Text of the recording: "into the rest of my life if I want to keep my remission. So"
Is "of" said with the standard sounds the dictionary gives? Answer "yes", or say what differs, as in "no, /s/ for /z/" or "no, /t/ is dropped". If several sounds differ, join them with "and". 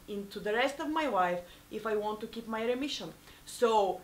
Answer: yes